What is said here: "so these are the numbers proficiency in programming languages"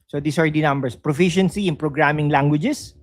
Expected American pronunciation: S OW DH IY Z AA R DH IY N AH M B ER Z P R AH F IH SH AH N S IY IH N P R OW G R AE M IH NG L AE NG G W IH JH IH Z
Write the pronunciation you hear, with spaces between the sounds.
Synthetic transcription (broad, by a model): S OW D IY S AA R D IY N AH M B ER S P R AH F IH SH AH N S IY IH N P R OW G R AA M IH NG L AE NG G W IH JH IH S